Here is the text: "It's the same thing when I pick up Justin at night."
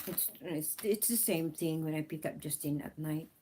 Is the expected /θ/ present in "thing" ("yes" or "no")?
yes